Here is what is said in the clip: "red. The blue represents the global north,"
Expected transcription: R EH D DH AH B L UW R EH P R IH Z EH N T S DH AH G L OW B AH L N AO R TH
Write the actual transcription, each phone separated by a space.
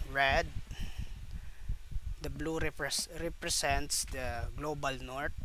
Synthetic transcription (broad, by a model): R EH D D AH B L UW R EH P R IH S EH N T S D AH G L OW B AH L N AO R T